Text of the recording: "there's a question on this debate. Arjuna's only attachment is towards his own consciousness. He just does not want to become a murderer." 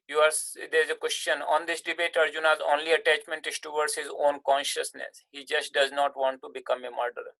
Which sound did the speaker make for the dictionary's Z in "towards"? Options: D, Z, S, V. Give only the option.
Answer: S